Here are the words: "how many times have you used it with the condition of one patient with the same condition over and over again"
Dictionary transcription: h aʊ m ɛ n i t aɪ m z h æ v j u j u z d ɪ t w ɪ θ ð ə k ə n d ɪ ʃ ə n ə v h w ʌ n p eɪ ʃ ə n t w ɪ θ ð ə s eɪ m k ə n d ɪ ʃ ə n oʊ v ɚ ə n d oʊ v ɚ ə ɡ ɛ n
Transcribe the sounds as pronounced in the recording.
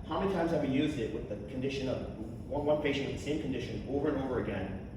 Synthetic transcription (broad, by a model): h aʊ m ɛ n i t aɪ m z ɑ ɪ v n j u z d ɪ t w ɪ ð ə k n d ɪ ʃ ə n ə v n w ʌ n p eɪ ʃ ə n t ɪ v ð ə s eɪ m k n d ɪ ʃ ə n oʊ v ɚ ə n oʊ v ɚ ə ɡ ɛ n